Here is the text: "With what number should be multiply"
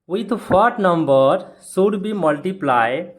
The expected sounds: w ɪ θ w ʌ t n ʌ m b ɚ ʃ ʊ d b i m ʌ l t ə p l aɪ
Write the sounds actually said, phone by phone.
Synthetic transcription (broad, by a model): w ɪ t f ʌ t n ʌ m b ɚ s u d b i m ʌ l t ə p l aɪ